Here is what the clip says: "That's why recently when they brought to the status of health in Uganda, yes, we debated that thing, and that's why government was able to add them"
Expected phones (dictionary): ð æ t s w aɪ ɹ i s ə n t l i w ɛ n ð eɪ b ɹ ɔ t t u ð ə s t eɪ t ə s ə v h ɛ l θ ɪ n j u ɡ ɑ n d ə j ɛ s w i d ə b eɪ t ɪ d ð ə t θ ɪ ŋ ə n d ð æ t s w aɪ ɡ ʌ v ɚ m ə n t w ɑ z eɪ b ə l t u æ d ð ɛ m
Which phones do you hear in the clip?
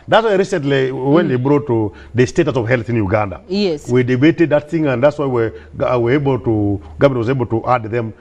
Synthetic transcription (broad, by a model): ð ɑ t s w aɪ ɹ i s ə n t l i w ɛ n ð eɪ b ɹ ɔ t t u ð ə s t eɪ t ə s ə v h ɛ l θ ɪ n j u ɡ ɑ n d ə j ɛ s w i d ə b eɪ t ɪ d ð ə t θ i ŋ ə n d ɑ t s w aɪ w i w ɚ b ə l t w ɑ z eɪ b ə l t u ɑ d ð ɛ m